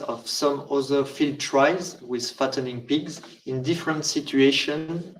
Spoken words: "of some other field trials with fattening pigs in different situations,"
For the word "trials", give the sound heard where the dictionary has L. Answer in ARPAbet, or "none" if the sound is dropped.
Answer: none